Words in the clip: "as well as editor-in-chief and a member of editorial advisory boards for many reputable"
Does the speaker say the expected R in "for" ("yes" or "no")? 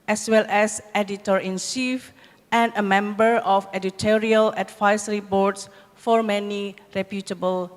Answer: yes